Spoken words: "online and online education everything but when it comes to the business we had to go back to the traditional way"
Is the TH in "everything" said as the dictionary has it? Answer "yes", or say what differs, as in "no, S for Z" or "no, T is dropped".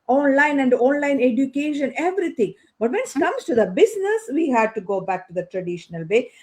no, T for TH